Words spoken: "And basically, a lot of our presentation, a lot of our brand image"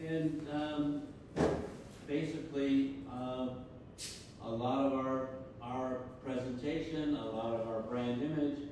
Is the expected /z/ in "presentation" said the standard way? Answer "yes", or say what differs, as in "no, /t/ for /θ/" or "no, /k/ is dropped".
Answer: yes